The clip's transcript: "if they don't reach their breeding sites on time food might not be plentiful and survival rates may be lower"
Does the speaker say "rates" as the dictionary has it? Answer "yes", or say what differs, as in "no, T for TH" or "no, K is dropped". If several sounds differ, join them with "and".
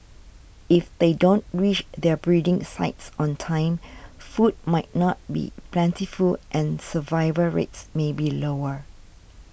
yes